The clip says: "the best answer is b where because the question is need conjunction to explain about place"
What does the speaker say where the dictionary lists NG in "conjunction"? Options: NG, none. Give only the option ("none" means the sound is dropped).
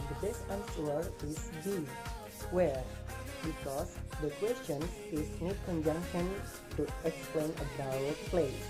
NG